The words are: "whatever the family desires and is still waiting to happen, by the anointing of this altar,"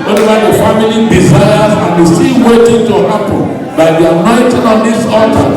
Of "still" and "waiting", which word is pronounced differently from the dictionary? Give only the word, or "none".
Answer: still